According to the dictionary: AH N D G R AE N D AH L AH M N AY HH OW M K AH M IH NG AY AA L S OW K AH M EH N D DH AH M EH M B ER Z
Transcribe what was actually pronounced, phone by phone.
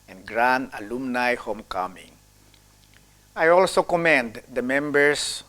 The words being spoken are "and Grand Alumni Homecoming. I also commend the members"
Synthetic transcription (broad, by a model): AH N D G R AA N AH L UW M N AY HH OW M K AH M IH NG AY AA L S OW K AH M EH N D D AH M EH M B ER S